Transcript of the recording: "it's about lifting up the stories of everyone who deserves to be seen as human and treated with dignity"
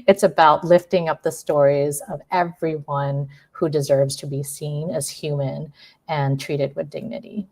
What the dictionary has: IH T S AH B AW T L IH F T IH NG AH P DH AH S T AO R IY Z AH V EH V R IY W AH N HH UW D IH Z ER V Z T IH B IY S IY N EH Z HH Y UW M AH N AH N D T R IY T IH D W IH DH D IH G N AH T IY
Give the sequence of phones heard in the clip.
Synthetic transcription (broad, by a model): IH T S AH B AW T L IH F T IH NG AH P DH AH S T AO R IY Z AH V EH V R IY W AH N HH UW D IH Z ER V Z T IH B IY S IY N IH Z HH Y UW M AH N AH N T R IY T IH D W IH DH D IH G N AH T IY